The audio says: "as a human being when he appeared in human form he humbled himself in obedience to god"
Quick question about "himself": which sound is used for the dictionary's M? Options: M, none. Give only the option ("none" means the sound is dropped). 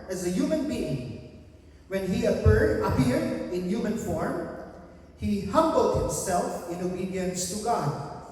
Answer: M